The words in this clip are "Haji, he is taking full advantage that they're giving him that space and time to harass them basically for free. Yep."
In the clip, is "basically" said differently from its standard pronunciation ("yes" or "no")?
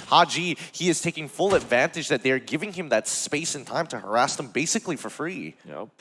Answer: no